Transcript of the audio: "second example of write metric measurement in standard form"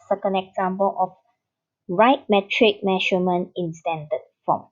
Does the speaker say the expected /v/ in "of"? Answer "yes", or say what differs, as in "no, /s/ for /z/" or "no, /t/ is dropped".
no, /f/ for /v/